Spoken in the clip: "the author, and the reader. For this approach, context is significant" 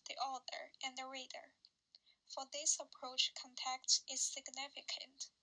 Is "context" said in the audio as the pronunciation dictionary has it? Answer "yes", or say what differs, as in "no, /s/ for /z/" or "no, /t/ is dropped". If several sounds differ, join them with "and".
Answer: no, /s/ is dropped